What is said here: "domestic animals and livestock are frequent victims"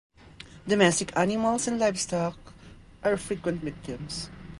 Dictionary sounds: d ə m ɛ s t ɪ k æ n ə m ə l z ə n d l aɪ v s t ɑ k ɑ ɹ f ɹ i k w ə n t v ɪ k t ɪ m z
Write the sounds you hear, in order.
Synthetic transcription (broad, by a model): d ə m ɛ s t ɪ k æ n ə m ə l s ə n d l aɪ f s t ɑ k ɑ ɹ f ɹ i k w ə n t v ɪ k t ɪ m s